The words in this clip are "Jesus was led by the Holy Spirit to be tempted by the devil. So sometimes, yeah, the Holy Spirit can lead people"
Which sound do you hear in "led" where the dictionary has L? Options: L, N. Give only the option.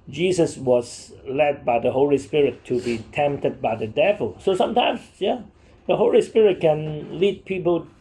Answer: L